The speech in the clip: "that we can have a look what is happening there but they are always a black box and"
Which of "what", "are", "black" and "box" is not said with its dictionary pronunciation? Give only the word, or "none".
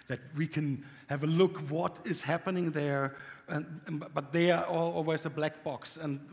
are